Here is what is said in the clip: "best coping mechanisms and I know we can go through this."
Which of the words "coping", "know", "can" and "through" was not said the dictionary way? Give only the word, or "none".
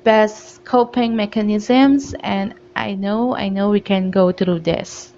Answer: through